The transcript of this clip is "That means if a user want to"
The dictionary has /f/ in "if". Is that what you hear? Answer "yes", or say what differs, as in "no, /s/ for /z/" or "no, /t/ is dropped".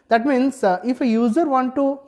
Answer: yes